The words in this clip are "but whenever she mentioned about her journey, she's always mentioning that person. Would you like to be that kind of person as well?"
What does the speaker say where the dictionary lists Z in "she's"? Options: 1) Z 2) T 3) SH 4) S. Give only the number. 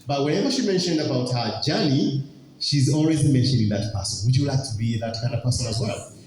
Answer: 1